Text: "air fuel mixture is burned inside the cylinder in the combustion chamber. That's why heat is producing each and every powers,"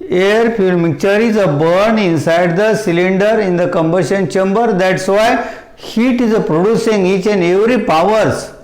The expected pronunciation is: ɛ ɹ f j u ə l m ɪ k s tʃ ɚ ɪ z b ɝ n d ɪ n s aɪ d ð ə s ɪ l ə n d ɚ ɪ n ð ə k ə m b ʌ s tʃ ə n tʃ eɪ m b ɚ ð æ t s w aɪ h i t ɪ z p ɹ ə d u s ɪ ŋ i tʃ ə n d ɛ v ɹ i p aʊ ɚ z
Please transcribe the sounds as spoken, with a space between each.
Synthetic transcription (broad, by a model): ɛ ɹ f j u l m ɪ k tʃ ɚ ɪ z b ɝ n ɪ n s aɪ d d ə s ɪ l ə n d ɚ ɪ n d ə k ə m b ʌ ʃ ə n tʃ eɪ m b ɚ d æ t s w aɪ h i t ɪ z p ɹ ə d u s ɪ ŋ i tʃ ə n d ɛ v ɹ i p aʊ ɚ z